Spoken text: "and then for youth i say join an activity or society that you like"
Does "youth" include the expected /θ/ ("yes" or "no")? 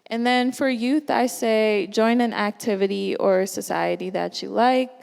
yes